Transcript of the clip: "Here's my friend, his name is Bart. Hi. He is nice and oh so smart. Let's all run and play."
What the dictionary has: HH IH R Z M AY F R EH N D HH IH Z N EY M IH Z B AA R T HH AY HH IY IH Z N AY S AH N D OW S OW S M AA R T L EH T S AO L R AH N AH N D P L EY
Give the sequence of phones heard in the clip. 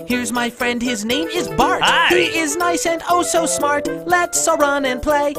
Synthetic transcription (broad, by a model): HH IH R Z M AY F R EH N D HH IH Z N EY M IH Z B AA R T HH HH IY IH Z N AY S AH N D OW S OW S M AA R T L EH T S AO R AH N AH N P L EY